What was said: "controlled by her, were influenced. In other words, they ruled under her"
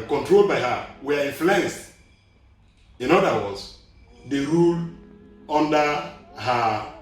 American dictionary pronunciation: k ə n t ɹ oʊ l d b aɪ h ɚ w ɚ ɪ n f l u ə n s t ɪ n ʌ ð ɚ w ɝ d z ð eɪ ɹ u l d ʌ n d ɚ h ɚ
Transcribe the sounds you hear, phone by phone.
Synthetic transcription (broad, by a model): k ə n t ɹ oʊ l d b aɪ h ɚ w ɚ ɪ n f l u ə n s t ɪ n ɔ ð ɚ w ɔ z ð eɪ ɹ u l ʌ n d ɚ h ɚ